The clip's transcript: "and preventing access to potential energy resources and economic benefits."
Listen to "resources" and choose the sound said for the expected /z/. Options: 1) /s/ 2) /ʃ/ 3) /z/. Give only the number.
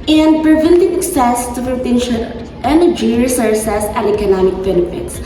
1